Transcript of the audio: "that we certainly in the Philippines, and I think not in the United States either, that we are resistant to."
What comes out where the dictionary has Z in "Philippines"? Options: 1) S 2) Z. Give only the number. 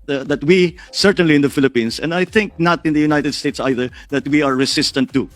1